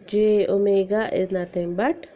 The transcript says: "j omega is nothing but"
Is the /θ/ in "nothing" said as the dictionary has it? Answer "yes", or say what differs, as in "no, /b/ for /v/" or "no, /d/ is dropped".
no, /t/ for /θ/